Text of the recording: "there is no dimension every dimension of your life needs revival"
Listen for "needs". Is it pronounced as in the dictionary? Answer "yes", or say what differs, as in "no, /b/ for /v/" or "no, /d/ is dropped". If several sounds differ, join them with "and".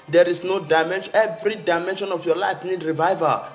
no, /z/ is dropped